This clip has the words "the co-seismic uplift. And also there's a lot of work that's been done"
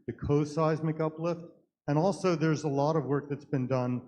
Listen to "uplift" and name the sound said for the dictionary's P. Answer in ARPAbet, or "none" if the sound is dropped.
P